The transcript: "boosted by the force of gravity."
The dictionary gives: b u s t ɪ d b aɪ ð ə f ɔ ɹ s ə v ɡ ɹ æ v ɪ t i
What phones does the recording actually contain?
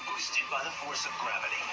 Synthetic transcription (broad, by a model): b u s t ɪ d b aɪ ð ə f ɔ ɹ s ə v ɡ ɹ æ v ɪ t i